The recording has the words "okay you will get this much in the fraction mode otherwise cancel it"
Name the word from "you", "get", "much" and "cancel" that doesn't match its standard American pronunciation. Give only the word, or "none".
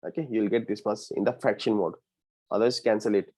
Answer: much